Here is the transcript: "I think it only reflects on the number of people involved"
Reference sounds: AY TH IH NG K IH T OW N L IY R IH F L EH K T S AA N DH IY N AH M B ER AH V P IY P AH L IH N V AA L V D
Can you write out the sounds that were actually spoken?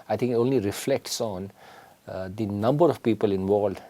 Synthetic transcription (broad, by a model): AY T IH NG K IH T OW N L IY R IH F L EH K T S AA N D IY N AH M B ER AH V P IY P AH L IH N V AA L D